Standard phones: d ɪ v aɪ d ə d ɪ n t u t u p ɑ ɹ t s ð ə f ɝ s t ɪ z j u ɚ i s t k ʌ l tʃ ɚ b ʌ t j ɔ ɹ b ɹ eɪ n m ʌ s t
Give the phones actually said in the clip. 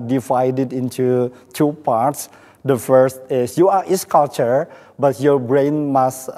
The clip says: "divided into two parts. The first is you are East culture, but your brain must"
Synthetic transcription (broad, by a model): d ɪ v aɪ d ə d ɪ n t u t u p ɑ ɹ t s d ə f ɝ s t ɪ s j u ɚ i s k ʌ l tʃ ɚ b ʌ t j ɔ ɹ b ɹ eɪ n m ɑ s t